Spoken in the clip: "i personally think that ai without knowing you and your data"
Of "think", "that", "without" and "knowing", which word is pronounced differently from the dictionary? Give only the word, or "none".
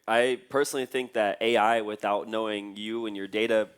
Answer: none